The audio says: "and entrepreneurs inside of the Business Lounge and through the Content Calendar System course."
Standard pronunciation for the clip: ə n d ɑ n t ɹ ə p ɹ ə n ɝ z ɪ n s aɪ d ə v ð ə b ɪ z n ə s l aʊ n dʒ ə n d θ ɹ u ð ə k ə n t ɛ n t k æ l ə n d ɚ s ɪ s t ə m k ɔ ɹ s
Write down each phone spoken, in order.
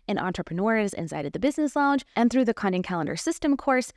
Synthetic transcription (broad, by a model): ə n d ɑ n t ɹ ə p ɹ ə n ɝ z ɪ n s aɪ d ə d ð ə b ɪ z n ə s l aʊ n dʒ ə n θ ɹ u ð ə k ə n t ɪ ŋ k æ l ə n d ɚ s ɪ s t ə m k ɔ ɹ s